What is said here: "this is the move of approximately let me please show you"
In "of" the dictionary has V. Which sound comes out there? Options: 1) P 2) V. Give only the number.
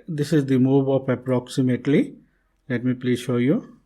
1